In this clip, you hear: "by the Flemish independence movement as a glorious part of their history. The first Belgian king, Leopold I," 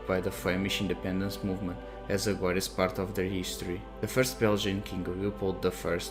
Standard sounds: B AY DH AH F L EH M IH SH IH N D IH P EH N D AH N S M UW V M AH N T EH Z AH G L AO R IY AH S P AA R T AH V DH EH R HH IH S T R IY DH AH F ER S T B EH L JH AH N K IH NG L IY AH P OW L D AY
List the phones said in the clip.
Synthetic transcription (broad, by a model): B AY DH AH F EH M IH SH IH N D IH P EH N D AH N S M UW V M AH N T EH Z AH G AO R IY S P AA R T AH V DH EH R HH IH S T R IY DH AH F ER S T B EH L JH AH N K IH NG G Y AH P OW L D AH